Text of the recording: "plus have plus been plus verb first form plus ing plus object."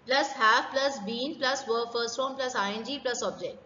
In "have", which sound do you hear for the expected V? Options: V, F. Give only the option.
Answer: F